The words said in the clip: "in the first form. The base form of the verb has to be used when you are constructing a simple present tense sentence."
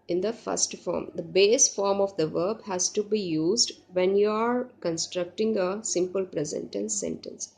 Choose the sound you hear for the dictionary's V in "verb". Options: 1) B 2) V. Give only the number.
2